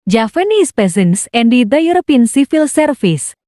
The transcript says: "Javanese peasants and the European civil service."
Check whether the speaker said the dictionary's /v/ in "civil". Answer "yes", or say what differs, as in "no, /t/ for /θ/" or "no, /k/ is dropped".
no, /f/ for /v/